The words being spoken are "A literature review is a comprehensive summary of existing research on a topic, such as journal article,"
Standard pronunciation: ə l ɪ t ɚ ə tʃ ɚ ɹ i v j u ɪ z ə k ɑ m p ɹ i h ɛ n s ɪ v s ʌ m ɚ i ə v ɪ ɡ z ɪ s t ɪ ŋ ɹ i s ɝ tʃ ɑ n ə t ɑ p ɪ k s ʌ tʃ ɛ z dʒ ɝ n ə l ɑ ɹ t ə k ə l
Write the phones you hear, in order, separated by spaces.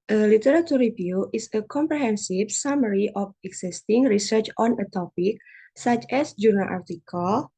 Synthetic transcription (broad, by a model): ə l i t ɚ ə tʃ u ɹ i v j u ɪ s ə k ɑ m p ɹ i h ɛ n s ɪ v s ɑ m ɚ i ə f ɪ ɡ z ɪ s t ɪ ŋ ɹ i s ɝ tʃ ɑ n ə t ɑ p ɪ k s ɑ tʃ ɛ s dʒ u n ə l ɑ ɹ t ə k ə l